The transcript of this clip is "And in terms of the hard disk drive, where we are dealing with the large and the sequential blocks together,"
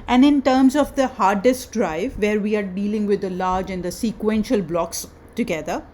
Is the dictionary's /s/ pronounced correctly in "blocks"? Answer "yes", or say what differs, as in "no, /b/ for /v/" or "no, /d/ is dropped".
yes